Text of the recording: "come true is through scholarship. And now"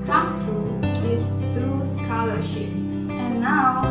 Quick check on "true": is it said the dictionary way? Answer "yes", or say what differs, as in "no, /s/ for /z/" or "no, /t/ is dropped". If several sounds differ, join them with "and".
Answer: no, /ɹ/ is dropped